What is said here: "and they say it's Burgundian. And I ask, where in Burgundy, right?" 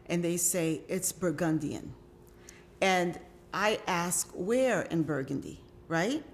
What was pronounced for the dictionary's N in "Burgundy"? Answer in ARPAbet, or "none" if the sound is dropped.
N